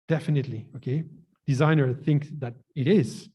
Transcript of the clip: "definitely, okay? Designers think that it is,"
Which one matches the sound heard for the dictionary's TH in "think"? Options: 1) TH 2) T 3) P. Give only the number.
1